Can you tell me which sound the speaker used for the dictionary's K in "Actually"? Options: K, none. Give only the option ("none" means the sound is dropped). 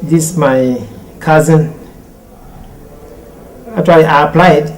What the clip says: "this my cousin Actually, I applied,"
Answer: none